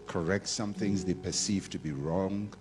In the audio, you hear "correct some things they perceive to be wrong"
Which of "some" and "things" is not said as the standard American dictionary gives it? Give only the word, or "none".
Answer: none